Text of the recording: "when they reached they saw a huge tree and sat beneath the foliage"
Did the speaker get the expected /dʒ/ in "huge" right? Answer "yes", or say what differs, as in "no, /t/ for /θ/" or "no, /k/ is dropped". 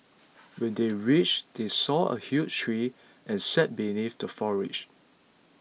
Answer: no, /tʃ/ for /dʒ/